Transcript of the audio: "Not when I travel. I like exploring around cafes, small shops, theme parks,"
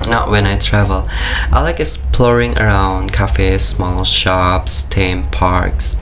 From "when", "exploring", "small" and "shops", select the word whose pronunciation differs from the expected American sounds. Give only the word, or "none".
exploring